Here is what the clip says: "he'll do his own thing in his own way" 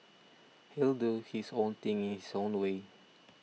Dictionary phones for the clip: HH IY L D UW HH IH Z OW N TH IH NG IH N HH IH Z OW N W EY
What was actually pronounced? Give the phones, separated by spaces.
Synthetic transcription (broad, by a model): HH IY L D UW HH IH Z OW N T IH NG IH N HH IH S OW N W EY